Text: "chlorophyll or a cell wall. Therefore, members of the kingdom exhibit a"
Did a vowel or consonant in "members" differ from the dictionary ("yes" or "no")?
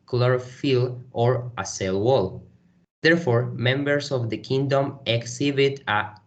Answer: yes